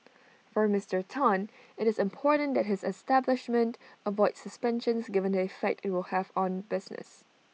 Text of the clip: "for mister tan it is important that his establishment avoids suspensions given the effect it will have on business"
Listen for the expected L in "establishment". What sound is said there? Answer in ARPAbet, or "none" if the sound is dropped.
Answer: L